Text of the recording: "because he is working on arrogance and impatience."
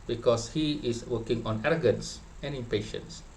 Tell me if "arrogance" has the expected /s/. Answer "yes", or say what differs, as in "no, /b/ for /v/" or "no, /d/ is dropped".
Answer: yes